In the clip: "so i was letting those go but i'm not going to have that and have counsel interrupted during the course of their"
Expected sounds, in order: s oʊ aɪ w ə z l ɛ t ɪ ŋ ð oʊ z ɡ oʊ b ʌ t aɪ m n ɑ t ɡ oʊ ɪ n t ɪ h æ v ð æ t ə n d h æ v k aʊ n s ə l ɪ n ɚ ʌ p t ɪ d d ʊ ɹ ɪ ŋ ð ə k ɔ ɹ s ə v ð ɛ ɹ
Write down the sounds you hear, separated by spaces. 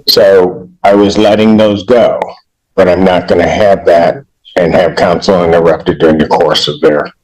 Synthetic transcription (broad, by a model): s oʊ aɪ w ə z l ɛ t ɪ ŋ ð oʊ z ɡ oʊ b ʌ t aɪ m n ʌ t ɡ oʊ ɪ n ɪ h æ v ð æ t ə n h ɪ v k aʊ n s l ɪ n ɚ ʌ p t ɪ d d ʊ ɹ ɪ ŋ ð ə k ɔ ɹ s ə v ð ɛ ɹ